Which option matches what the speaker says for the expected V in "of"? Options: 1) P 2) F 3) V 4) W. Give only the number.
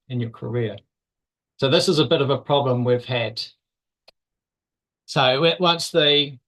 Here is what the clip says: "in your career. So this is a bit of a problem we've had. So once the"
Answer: 3